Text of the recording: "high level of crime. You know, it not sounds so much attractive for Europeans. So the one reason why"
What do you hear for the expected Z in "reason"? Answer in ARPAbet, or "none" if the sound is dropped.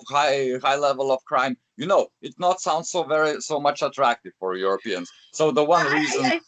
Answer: Z